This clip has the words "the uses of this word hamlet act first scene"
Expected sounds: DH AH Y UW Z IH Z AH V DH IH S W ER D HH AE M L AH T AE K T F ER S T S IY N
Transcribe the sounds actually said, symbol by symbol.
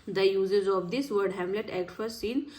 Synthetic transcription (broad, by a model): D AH Y UW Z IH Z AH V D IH S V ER D HH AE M L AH T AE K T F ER T S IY N